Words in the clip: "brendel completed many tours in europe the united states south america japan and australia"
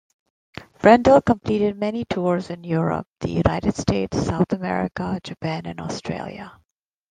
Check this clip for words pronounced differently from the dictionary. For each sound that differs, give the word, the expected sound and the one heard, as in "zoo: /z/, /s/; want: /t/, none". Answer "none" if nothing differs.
none